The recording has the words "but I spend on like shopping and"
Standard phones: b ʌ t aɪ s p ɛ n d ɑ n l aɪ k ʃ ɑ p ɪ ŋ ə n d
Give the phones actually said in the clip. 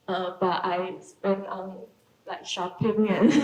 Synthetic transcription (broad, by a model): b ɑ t aɪ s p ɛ n ɑ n l aɪ k ʃ ɑ p ɪ ŋ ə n